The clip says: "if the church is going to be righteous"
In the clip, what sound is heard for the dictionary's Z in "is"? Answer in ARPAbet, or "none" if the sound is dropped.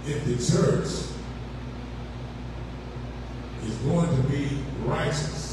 Z